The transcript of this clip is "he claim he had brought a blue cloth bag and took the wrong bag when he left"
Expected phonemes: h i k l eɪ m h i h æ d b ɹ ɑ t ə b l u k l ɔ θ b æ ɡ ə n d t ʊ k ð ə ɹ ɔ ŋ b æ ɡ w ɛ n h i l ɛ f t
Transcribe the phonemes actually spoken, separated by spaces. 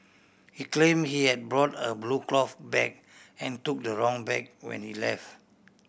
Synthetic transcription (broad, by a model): h i k l eɪ m h i h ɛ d b ɹ ɑ t ə b l u k l ɔ f b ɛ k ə n t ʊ k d ə ɹ ɔ ŋ b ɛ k w ɛ n h i l ɛ f t